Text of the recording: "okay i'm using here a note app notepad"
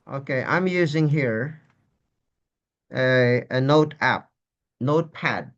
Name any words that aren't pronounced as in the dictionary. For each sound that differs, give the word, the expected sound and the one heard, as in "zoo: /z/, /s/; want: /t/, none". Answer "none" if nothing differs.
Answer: none